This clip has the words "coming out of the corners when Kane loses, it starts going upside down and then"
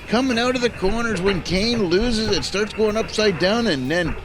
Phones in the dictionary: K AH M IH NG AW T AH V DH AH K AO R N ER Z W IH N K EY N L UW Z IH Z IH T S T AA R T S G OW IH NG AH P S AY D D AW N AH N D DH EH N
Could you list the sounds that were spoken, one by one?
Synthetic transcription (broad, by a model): K AH M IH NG AW T AH V DH AH K AO R N ER Z W IH N K EY N L UW Z IH Z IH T S T AA R T S G OW IH NG AH P S AY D D AW N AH N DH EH N